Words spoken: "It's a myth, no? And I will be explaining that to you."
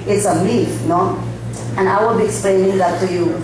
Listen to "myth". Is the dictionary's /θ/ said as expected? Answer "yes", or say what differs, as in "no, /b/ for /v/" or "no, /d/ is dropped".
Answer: no, /f/ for /θ/